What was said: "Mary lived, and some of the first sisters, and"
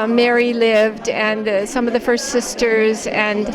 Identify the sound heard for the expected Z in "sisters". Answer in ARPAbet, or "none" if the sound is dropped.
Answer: Z